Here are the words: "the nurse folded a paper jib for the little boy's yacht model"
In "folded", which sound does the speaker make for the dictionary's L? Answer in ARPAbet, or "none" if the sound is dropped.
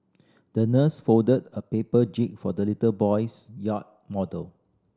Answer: none